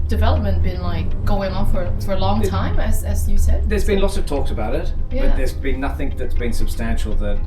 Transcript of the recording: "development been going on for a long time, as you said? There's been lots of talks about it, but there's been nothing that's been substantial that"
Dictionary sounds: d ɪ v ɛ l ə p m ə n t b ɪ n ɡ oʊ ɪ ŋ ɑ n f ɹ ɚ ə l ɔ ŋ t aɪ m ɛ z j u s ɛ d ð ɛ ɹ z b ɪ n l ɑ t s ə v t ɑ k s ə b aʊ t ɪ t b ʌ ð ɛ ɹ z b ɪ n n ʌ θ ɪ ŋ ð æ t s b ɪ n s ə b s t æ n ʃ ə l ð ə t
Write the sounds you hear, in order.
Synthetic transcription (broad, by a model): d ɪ v ɛ l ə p m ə n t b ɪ n ɡ oʊ ɪ ŋ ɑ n f ɹ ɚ ə l ɔ ŋ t aɪ m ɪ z j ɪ s ɛ d ð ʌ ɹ z b ɪ n l ɑ t s ə v t ɑ k s ə b aʊ t ɪ t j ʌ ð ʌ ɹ z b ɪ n n ʌ θ ɪ ŋ ð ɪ t s b ɪ n s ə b s t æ n ʃ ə l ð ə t